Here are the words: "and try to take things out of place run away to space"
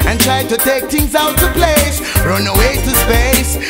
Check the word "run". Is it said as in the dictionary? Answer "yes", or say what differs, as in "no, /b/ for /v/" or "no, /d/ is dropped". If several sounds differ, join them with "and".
yes